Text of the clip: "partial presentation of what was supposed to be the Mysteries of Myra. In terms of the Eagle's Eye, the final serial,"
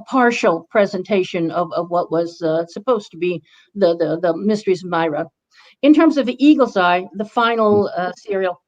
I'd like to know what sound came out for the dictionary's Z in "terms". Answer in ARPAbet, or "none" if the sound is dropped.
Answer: Z